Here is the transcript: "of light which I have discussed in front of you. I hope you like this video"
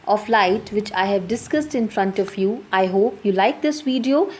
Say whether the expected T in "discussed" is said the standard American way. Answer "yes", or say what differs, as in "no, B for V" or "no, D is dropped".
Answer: yes